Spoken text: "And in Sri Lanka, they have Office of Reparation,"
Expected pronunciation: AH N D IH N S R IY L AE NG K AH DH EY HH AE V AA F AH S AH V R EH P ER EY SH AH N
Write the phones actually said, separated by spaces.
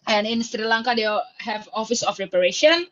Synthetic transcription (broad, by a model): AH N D IH N S R IY L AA NG K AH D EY HH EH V AA F AH S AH F R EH P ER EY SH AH N